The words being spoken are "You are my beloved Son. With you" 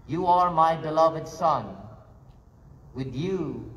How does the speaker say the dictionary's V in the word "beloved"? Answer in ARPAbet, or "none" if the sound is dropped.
V